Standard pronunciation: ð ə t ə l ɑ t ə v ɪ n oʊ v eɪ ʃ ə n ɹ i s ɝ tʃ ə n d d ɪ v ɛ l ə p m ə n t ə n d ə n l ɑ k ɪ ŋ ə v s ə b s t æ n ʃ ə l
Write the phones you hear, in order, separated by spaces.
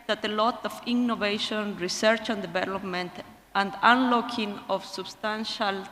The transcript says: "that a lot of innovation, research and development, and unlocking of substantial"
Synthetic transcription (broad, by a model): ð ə t ə l ɑ t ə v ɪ n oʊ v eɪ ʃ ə n ɹ i s ɝ tʃ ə n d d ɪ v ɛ l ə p m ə n t ə n d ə n l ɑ k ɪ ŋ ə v s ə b s t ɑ n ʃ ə l